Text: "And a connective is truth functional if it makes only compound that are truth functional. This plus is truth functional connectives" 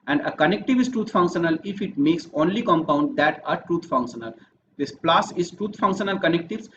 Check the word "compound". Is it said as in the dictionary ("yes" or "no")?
yes